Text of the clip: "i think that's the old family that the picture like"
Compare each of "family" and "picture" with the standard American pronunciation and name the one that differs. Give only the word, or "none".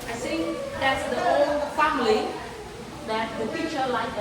picture